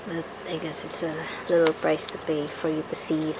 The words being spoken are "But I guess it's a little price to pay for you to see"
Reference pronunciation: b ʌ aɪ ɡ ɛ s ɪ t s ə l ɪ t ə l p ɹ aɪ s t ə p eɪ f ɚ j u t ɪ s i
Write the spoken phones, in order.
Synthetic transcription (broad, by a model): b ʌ aɪ ɡ ɛ s ɪ t s ə l ɪ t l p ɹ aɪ s t ə b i f ɚ j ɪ t ɪ s i